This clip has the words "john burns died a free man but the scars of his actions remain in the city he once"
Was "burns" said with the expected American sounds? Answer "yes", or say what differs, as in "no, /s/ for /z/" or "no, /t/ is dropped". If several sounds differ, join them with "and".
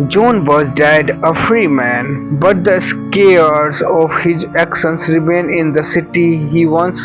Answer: no, /n/ is dropped